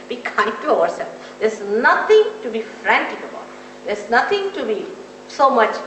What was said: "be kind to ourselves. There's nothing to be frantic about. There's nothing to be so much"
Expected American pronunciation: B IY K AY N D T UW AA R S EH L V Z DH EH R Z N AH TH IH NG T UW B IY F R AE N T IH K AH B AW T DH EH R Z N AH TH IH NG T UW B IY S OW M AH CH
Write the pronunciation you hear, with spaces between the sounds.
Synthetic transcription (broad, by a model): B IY K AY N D T UW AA R S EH L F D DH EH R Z N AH T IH NG T UW B IY F R AE N T IH K AH B AW T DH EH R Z N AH T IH NG T UW B IY S OW M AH CH